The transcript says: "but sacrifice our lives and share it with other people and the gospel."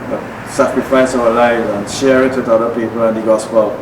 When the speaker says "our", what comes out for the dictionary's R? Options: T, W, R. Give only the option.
W